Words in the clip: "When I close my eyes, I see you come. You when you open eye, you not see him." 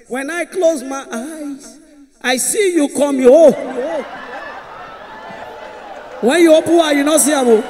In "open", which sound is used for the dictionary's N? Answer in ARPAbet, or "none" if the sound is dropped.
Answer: none